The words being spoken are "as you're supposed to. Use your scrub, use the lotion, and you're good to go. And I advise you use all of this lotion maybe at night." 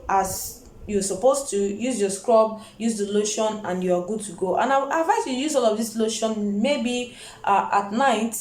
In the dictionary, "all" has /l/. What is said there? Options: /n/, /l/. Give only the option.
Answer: /l/